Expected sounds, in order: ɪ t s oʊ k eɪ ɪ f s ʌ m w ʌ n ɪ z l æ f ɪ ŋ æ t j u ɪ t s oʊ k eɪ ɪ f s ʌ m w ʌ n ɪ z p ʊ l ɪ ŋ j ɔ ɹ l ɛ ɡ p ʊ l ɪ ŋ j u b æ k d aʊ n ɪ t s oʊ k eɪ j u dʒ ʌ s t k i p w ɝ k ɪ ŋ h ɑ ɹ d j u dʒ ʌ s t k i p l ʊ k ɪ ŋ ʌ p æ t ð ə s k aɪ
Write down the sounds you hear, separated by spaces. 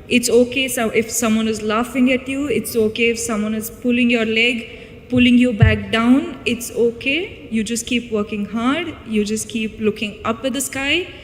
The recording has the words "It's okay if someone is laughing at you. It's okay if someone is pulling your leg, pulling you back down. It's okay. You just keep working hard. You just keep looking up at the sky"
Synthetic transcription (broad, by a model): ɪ t s oʊ k eɪ ɪ f s ʌ m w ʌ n ɪ z l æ f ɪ ŋ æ t j u ɪ t s oʊ k eɪ ɪ f s ʌ m w ʌ n ɪ z p ʊ l ɪ ŋ j ɔ ɹ l ɛ ɡ p ʊ l ɪ ŋ j u b æ k d aʊ n ɪ t s oʊ k eɪ j u dʒ ʌ s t k i p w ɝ k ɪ ŋ h ɑ ɹ d j u dʒ ʌ s t k i p l ʊ k ɪ ŋ ʌ p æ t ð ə s k aɪ